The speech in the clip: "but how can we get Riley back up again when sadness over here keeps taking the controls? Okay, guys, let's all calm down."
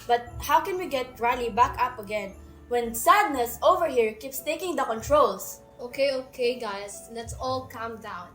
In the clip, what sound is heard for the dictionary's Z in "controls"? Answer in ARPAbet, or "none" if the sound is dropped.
S